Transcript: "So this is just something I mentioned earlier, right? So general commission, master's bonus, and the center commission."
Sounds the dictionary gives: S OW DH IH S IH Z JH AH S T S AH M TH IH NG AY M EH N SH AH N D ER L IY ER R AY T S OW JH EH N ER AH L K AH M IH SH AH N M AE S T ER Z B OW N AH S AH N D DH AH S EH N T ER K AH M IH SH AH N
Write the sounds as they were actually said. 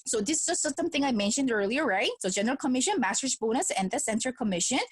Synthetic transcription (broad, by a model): S OW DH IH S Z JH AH S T S AH M TH IH NG AY M EH N SH AH N D ER L IY ER R AY T S OW JH EH N ER AH L K AH M IH SH AH N M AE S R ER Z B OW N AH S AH N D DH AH S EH N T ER K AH M IH SH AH N